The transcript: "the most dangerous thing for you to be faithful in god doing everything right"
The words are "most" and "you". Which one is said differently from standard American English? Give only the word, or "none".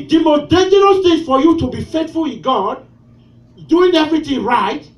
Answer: most